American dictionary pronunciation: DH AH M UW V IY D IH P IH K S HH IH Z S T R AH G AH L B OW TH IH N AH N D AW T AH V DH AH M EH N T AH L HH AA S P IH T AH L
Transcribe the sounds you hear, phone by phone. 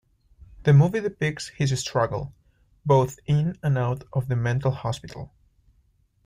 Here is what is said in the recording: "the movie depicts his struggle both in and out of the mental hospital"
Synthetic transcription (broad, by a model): DH AH M UW V IY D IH P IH K S HH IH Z S T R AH G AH L B OW TH IH N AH N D AW T AH V DH AH M EH N T L HH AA S P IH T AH L